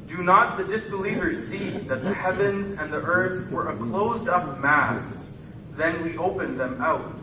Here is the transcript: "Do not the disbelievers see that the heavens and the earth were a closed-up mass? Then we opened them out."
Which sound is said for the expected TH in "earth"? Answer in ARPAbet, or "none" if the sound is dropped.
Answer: TH